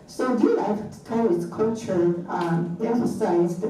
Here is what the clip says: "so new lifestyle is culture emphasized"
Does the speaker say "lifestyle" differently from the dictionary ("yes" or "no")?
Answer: yes